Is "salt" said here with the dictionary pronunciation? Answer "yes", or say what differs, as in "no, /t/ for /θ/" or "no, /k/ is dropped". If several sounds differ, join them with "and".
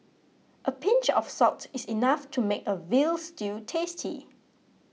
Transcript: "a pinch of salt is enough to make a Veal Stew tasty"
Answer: no, /l/ is dropped